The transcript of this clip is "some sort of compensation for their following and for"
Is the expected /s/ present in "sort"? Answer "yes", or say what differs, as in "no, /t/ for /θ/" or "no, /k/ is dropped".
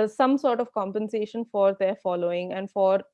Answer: yes